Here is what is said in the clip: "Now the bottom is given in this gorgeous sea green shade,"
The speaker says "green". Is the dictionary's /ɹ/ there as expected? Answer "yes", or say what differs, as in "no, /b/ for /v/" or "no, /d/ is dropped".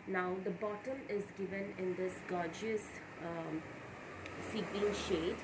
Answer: no, /l/ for /ɹ/